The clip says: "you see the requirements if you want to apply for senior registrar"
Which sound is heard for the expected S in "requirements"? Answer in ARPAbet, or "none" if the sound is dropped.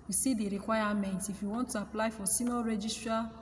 none